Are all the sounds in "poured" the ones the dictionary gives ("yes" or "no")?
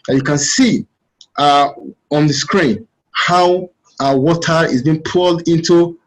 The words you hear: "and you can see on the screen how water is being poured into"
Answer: no